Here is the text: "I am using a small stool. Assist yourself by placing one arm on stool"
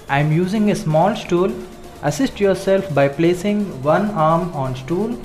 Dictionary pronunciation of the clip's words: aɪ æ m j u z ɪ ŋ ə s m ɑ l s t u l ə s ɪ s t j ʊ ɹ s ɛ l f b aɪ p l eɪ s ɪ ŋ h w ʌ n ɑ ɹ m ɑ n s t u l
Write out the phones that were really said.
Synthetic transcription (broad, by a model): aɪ m j u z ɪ ŋ ə s m ɑ l s t u l ə s ɪ s t j ʊ ɹ s ɛ l f b aɪ p l eɪ s ɪ ŋ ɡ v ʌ n ɑ ɹ m ɑ n s t u l